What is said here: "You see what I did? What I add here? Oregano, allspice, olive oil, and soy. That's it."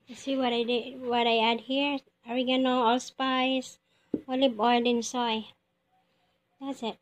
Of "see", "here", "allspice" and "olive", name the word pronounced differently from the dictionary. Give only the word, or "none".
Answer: olive